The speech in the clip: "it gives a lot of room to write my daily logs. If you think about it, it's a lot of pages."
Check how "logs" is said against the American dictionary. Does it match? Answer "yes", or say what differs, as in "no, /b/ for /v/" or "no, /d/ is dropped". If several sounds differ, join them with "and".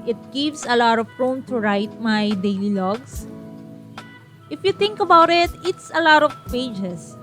no, /s/ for /z/